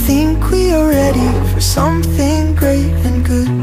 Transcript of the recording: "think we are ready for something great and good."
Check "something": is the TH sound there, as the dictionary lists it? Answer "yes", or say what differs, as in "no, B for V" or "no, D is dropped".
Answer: yes